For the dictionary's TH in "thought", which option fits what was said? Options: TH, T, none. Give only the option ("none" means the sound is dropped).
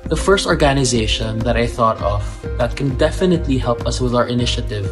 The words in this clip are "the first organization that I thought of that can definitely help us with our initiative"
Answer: TH